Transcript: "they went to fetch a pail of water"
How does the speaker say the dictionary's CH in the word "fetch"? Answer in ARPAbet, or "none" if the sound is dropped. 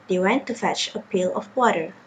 CH